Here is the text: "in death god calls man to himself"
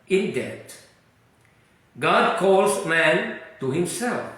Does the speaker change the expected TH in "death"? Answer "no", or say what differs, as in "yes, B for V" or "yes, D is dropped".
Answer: yes, T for TH